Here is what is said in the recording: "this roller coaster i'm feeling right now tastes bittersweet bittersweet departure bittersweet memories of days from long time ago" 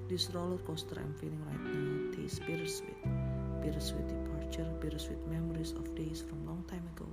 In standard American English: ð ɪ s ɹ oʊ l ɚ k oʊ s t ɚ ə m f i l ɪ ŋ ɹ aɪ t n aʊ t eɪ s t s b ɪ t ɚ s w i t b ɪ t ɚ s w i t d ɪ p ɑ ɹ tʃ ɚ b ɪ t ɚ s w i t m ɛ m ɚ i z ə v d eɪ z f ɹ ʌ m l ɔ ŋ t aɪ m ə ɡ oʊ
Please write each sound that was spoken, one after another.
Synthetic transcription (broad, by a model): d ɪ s ɹ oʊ l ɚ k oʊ s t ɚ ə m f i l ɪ ŋ ɹ aɪ t n aʊ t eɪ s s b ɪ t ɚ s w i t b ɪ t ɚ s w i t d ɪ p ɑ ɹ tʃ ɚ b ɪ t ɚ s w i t m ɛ m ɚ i s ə f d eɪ s f ɹ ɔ m l ɔ ŋ t aɪ m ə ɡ oʊ